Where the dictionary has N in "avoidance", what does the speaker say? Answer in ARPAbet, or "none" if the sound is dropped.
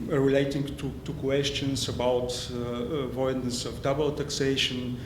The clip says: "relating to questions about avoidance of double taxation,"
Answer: none